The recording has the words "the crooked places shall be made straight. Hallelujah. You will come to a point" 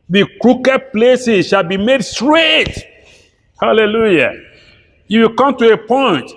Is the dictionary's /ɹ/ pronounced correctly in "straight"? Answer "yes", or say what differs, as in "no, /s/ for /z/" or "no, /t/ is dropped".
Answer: yes